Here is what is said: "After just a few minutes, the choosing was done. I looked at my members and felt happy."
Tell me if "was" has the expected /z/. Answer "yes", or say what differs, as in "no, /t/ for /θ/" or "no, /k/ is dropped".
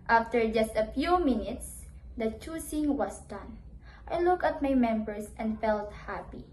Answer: no, /s/ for /z/